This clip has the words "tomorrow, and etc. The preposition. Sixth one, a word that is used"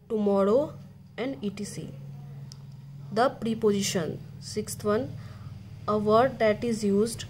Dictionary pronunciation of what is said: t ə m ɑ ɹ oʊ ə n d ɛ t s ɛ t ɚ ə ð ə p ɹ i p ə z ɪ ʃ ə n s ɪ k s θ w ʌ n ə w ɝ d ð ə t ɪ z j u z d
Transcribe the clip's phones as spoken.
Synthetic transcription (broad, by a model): t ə m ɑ ɹ oʊ ə n d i t i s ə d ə p ɹ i p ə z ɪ ʃ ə n s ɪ k s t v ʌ n ə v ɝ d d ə t ɪ z j u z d